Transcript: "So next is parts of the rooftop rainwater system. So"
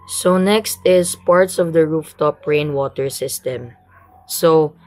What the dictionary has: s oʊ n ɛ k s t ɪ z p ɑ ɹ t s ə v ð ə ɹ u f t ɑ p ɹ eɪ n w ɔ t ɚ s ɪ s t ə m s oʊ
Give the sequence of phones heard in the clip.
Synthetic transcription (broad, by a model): s oʊ n ɛ k s t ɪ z p ɑ ɹ t s ə v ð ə ɹ u f t ɑ p ɹ eɪ n w ɔ t ɚ s ɪ s t ə m s oʊ